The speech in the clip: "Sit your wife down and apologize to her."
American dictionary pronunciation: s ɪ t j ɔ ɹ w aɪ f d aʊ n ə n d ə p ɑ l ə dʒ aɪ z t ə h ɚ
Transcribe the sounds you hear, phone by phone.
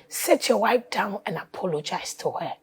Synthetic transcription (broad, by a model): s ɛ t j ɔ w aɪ p d aʊ n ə n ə p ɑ l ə dʒ aɪ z t ə h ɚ